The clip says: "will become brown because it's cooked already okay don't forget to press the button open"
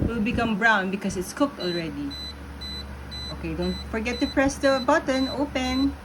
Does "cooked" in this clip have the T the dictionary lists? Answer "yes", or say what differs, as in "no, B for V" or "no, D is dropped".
yes